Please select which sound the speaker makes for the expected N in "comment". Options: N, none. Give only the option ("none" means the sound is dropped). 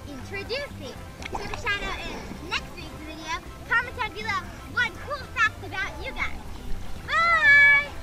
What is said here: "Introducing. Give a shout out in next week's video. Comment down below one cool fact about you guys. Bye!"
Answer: none